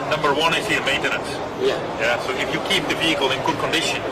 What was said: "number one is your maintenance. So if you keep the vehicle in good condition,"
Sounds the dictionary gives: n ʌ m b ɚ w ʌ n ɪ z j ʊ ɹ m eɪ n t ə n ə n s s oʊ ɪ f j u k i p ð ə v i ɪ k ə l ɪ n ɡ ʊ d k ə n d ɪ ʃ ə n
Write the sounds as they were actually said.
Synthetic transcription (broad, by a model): n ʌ m b ɚ w ʌ n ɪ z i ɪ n m eɪ n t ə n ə n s s oʊ ɪ f j u k i p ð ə v i ɪ k ə l ɪ n ɡ ʊ d k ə n d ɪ ʃ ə n